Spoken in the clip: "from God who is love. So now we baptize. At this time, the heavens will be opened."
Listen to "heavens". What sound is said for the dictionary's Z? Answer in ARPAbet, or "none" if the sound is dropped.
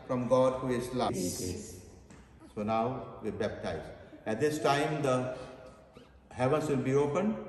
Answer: S